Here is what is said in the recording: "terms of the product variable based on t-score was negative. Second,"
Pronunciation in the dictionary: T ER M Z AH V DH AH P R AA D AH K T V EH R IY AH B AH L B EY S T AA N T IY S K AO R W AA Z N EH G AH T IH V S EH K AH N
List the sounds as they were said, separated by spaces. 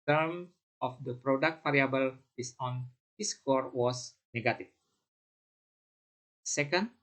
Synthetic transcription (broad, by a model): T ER M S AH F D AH P R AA D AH K T F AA R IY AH B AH L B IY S AA N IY S K AO R W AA S N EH G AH T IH F S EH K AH N